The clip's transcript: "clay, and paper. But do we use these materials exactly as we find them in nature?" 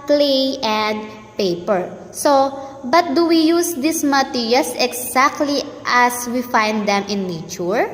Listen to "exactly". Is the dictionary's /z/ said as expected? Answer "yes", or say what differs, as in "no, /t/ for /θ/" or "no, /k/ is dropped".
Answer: no, /s/ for /z/